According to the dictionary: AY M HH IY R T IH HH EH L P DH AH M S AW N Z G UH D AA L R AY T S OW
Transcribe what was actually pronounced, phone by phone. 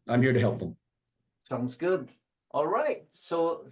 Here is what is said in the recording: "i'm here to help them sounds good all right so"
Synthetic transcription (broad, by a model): AY M HH IY R T IH HH EH L P DH AH M S AW N Z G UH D AA L R AY T S OW